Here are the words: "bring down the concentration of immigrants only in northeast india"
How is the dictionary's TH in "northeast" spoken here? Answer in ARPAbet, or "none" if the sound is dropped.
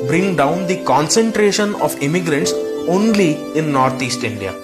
T